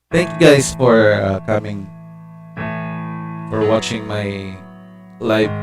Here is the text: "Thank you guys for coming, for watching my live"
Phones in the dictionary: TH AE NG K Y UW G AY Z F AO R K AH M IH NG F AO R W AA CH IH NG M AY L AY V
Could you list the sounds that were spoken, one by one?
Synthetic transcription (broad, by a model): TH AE NG K Y UW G AY S F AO R K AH M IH NG F AO R W AA CH IH NG M AY L AY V